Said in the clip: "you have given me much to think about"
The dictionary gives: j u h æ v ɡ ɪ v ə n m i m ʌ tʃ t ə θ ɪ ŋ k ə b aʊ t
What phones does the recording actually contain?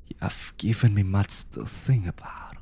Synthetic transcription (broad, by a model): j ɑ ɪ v ɡ ɪ v ə n m i m ʌ tʃ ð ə θ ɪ ŋ ə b aʊ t